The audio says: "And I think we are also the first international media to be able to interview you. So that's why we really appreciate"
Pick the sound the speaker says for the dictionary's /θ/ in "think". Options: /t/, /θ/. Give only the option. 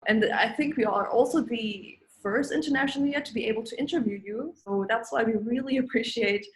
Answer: /θ/